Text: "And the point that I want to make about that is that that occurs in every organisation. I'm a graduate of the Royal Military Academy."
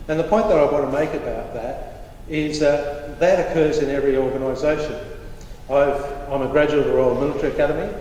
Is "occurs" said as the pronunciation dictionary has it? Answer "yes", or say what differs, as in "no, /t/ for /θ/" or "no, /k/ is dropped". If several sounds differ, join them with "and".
yes